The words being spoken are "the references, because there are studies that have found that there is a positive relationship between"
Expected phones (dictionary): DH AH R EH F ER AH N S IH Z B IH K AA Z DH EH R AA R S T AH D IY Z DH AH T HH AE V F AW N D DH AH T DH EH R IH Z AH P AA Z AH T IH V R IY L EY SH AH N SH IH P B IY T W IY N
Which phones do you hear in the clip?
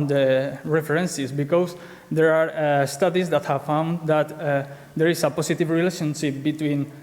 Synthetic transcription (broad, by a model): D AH R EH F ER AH N S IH S B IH K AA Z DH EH R AA R S T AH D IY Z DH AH T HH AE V F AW N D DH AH T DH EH R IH S AH P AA S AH T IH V R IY L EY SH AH N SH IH P B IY T W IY N